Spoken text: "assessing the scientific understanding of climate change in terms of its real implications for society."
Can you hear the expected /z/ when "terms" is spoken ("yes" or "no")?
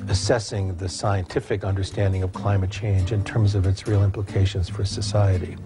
yes